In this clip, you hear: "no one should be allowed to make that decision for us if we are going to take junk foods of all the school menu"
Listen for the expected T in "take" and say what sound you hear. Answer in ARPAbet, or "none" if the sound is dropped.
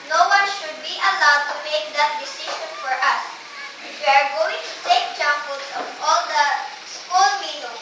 S